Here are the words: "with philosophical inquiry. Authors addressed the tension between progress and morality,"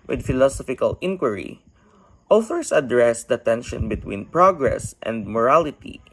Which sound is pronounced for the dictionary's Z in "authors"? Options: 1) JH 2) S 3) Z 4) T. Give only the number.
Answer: 2